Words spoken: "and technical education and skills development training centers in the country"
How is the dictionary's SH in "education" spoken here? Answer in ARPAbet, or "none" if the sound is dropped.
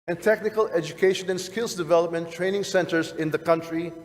SH